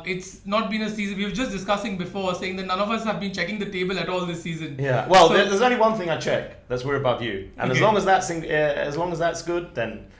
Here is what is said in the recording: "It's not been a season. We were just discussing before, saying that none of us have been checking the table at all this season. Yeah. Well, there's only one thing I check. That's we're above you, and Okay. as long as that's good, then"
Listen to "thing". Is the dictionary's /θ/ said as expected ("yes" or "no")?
yes